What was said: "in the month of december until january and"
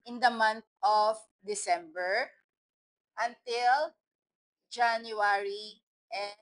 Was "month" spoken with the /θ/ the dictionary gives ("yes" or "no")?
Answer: no